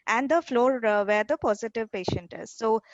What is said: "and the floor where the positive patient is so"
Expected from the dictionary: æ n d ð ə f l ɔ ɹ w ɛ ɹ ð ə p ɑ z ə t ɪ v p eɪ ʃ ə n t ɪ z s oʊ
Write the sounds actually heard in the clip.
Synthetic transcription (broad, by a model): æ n d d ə f l ɔ ɹ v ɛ ɹ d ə p ɑ z ə t ɪ v p eɪ ʃ ə n t ɪ z s oʊ